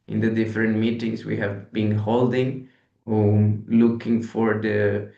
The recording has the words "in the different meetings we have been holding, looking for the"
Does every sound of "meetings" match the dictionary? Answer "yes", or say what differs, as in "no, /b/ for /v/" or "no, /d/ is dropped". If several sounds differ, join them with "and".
no, /s/ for /z/